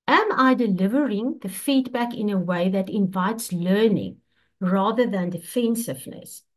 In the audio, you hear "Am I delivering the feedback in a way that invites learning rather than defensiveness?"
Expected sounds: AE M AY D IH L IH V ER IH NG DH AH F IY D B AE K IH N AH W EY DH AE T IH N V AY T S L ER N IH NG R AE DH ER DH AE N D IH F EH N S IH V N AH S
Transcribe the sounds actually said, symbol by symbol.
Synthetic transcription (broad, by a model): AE M AY D IH L IH V ER IH NG DH AH F IY D B AE K IH N AH W EY DH AE T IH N V AY T S L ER N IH NG R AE DH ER DH AE N D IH F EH N S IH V N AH S